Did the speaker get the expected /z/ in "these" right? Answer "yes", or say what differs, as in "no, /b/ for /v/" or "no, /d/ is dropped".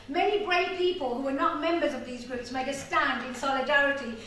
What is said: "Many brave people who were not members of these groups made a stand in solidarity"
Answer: yes